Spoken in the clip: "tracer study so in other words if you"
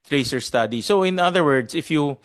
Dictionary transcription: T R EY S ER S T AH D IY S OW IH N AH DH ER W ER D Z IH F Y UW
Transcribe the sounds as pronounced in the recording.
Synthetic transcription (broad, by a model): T R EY S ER S T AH D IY S OW IH N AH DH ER W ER D S IH F Y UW